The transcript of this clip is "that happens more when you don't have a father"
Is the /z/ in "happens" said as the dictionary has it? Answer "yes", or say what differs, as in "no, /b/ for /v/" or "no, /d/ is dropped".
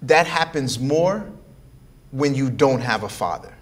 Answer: yes